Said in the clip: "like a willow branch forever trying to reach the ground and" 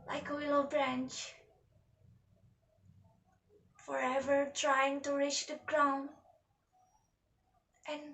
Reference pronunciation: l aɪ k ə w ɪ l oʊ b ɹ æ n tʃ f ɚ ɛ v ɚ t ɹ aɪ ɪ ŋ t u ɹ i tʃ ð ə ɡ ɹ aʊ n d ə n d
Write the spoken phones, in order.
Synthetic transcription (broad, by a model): l aɪ k ə w ɪ l oʊ b ɹ æ n tʃ f ɚ ɛ v ɚ t ɹ aɪ ɪ ŋ t u ɹ i tʃ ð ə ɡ ɹ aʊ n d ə n